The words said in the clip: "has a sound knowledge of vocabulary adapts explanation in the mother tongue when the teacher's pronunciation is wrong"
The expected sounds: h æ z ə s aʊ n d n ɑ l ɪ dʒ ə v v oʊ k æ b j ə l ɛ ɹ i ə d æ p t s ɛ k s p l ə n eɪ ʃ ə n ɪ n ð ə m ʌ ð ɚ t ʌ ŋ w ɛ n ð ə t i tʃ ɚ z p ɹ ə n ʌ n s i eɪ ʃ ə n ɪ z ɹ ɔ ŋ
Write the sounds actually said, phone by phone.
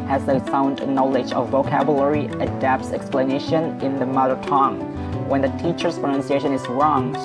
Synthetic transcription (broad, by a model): h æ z ə s aʊ n d n ɑ l ɪ dʒ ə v v oʊ k æ b j ə l ɛ ɹ i ə d æ p t s ɛ k s p l ə n eɪ ʃ ə n ɪ n ð ə m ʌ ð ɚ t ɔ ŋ w ɛ n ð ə t i tʃ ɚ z p ɹ ə n ʌ n s i eɪ ʃ ə n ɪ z ɹ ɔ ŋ